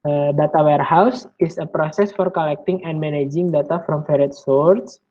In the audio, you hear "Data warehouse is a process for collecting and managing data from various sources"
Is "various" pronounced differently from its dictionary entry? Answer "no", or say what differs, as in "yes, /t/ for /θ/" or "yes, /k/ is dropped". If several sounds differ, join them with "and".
yes, /f/ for /v/